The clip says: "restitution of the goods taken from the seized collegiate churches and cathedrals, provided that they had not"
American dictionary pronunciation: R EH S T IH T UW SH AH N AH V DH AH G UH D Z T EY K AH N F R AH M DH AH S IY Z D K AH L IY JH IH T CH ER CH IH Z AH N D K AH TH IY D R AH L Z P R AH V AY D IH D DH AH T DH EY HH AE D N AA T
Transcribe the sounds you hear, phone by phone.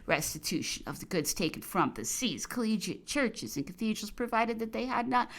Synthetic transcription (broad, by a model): R EH S T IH T UW SH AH N AH V DH AH G UH D Z T EY K N F R AH M DH AH S IY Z K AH L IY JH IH CH ER CH IH Z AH N K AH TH IY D R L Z P R AH V AY D IH D DH AH T DH EY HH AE D N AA T